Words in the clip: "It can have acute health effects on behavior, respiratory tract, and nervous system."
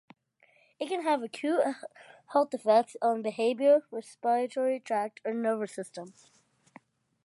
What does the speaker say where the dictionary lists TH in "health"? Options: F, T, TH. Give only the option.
T